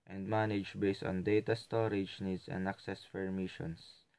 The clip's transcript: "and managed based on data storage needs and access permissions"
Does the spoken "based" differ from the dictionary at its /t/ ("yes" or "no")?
no